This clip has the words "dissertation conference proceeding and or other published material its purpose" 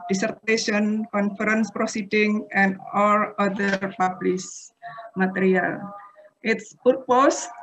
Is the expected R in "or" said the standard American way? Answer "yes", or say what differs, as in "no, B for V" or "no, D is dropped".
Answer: no, L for R